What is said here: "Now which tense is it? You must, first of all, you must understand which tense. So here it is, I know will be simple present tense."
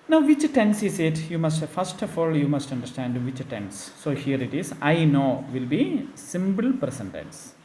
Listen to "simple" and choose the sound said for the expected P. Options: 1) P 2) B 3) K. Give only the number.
2